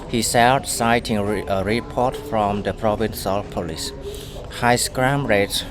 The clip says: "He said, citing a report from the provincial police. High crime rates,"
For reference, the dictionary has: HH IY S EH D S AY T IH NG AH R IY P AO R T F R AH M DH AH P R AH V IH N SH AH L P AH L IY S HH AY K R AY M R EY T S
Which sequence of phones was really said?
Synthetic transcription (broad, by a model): HH IY S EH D S AY T IH NG AH R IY P AO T F R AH M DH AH P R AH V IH N S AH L P AH L IY S HH AY K R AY M R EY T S